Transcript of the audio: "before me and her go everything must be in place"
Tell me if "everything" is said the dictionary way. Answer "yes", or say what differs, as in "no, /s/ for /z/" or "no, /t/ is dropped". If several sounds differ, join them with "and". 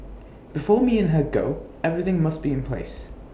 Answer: yes